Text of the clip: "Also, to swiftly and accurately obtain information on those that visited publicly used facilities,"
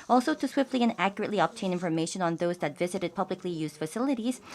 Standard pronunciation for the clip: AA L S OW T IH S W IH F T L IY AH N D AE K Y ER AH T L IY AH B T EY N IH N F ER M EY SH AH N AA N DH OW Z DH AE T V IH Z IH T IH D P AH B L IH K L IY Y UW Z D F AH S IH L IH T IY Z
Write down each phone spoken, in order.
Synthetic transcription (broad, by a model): AA L S OW T IH S W IH F T L IY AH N AE K Y ER AH T L IY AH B T EY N IH N F ER M EY SH AH N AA N DH OW Z DH AE T V IH Z IH T IH D P AH B L IH K L IY Y UW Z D F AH S IH L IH T IY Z